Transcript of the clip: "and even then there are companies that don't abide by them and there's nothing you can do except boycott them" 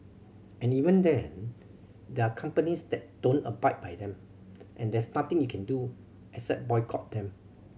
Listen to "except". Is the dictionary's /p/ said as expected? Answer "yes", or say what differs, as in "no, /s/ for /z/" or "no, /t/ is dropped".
no, /p/ is dropped